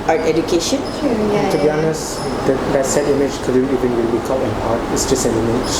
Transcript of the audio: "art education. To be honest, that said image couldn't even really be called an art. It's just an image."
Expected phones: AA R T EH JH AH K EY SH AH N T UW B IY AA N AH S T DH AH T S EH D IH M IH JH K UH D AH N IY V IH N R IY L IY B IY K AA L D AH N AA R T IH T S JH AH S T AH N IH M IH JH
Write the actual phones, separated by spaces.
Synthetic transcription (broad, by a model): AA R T EH JH AH K EY SH AH N T UW B IY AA N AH S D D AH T S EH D IH M IH JH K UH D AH IY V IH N W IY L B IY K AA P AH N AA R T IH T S JH AH S T AH N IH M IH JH